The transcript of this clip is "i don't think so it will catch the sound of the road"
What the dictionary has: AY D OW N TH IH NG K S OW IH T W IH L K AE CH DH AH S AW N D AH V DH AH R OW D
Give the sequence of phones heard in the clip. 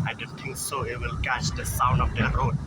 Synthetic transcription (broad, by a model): AY D OW N T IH NG K S OW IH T W IH L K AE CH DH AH S AW N D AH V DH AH R OW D